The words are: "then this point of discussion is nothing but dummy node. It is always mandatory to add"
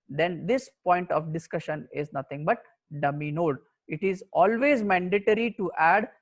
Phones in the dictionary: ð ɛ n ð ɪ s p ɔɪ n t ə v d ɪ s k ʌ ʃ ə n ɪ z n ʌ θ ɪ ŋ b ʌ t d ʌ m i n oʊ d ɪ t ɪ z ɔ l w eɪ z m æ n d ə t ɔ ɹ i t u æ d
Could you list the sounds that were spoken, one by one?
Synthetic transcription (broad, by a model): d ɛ n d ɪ s p ɔɪ n t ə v d ɪ s k ʌ ʃ ə n ɪ z n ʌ t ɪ ŋ b ʌ t d ʌ m i n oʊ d ɪ t ɪ z ɔ l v eɪ z m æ n d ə t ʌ ɹ i t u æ d